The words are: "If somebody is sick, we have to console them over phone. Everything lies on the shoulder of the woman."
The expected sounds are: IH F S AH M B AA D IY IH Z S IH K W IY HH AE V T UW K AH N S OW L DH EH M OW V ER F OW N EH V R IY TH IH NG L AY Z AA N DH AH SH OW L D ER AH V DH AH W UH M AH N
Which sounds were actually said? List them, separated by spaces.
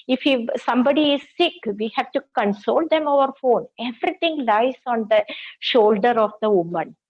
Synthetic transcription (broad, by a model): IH F S AH M B AA D IY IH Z S IH K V IY HH AE V T UW K AH N S OW L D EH M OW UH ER F OW N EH V R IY T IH NG L AY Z AA N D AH SH OW L D ER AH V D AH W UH M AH N